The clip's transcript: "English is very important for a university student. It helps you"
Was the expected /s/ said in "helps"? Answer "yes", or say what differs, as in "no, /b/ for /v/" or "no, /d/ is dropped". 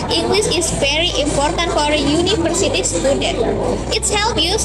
no, /s/ is dropped